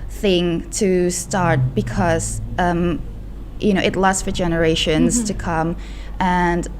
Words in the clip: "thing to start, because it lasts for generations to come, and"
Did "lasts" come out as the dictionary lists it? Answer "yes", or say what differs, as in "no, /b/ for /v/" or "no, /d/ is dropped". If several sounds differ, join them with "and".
no, /n/ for /l/